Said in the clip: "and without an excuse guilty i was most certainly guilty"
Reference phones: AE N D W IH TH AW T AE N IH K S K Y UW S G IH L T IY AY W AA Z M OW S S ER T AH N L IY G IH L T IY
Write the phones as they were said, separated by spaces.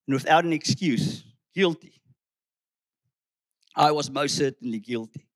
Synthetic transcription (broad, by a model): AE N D W IH TH AW T AE N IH K S K Y UW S G IH L T IY AY W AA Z M OW S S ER T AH N L IY G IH L T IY